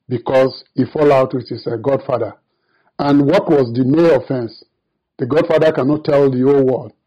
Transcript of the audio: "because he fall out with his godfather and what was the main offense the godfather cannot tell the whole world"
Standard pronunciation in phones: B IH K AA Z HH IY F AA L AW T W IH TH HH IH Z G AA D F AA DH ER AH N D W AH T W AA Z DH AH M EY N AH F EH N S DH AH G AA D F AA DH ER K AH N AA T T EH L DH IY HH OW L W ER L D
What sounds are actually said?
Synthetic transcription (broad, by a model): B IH K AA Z HH IY F AA L AW T W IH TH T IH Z G AA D F AA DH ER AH N W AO T W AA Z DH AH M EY AH F EH N S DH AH G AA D F AA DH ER K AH N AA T T EH L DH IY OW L W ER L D